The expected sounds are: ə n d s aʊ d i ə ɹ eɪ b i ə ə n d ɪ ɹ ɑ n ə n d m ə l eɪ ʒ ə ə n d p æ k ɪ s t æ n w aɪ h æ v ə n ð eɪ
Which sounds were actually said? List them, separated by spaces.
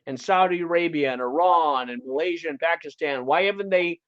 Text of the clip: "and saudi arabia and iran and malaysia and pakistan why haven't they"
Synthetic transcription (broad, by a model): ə n s aʊ d i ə ɹ eɪ b i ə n ɪ ɹ ɑ n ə n m ə l eɪ ʒ ə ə n p æ k ɪ s t æ n w aɪ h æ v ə n ð eɪ